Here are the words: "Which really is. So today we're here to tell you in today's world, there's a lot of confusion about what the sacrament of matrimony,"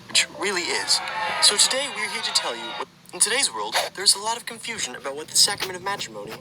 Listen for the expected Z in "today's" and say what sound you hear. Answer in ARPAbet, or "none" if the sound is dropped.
Z